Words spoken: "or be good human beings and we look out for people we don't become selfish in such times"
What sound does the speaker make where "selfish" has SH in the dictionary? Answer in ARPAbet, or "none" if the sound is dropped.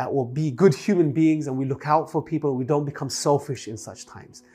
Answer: SH